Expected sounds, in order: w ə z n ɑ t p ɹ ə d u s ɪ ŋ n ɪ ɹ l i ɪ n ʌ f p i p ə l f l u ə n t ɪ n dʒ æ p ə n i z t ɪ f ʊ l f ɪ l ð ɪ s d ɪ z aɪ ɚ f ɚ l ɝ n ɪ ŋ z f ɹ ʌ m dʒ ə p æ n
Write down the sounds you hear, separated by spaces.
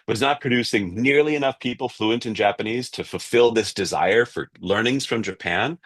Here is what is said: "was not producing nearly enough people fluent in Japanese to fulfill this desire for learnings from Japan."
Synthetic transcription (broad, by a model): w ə z n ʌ t p ɹ ə d u s ɪ ŋ n ɪ ɹ l i ɪ n ʌ f p i p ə l f l u ə n t ɪ n dʒ æ p ə n i z t ɪ f l f ɪ l ð ɪ s d ɪ z aɪ ɚ f ɚ l ɝ n ɪ ŋ z f ɹ ʌ m dʒ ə p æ n